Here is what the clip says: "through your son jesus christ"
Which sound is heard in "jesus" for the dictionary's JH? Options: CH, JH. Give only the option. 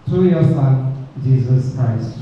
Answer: JH